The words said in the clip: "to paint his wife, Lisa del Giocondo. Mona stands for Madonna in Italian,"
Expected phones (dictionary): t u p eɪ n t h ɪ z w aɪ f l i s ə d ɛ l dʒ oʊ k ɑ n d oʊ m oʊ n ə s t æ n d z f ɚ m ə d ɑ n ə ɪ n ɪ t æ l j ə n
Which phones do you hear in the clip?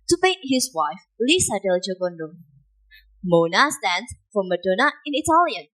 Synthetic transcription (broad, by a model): t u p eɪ t h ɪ s w aɪ f l i s ə d ɛ l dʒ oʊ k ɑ n d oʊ m oʊ n ə s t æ n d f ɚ m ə d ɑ n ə ɪ n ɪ t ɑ l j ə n